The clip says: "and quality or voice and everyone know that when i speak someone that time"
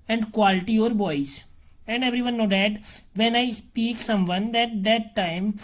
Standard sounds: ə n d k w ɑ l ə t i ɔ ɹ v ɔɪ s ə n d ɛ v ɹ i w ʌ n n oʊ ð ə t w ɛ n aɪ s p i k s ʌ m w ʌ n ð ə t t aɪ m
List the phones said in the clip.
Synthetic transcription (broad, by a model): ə n d k w ɑ l ə t i ɔ ɹ b ɔɪ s ə n d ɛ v ɹ i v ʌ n n oʊ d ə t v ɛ n aɪ s p i k s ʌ m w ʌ n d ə t t aɪ m